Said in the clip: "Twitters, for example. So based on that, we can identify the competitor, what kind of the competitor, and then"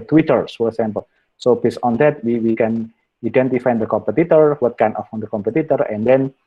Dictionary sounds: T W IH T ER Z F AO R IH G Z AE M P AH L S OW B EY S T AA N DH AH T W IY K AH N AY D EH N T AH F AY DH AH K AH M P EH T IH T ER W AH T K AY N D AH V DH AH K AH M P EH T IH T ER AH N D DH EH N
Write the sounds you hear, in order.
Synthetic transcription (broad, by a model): T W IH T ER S F AO R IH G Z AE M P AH L S OW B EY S AA N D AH T W IY K AH N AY D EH N T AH F AY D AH K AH M P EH T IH T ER W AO T K AY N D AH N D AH K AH M P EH T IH T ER AH N D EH N